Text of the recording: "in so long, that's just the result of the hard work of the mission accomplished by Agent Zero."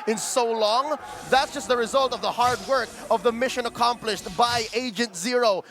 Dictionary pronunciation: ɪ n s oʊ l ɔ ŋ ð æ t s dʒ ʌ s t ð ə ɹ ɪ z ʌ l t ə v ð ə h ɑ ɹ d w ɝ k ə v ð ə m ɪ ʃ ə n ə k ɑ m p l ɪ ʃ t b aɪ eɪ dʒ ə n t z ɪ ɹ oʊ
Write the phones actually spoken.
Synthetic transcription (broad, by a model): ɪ n s oʊ l ɔ ŋ ð æ t s dʒ ʌ s t ð ə ɹ ɪ z ʌ l t ə v ð ə h ɑ ɹ d w ɝ k ə v ð ə m ɪ ʃ ə n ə k ɑ m p l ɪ ʃ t b aɪ eɪ dʒ ə n t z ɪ ɹ oʊ